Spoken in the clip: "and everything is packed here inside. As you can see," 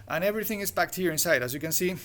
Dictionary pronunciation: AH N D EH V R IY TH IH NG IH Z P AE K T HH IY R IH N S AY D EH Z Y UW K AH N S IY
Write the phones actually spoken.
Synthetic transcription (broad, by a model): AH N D EH V R IY TH IH NG IH Z B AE K T HH IY R IH N S AY D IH Z Y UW K AH N S IY